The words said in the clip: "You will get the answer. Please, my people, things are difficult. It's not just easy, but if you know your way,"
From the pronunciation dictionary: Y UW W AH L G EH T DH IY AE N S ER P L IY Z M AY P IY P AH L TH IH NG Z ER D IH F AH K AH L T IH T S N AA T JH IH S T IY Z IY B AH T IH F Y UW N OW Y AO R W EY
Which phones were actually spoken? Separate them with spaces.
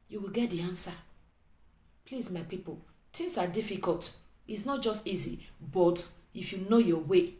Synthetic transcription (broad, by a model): Y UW W AH L G EH T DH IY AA N S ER P L IY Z M AY P IY P AH L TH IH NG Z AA D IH F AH K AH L T IH T S N AA T JH IH S T IY Z IY B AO T IH F Y UW N OW Y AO W EY